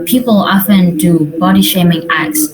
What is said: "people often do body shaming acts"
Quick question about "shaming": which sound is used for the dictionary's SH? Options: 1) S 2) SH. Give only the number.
2